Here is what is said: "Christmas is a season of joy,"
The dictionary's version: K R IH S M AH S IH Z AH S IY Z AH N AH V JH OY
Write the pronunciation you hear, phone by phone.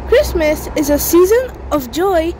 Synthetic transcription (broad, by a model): K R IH S M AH S IH Z AH S IY Z AH N AH V JH OY